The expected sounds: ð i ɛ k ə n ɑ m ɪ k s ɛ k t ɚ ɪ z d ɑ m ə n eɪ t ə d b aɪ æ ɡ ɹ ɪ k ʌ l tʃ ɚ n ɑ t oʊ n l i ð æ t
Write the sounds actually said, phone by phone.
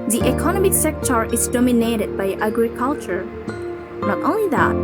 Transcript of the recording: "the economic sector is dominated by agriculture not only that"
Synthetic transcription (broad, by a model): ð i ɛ k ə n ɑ m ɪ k s ɛ k t ɚ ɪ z d ɑ m ə n eɪ t ə d b aɪ æ ɡ ɹ ɪ k ʌ l tʃ ɚ n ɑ t oʊ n l i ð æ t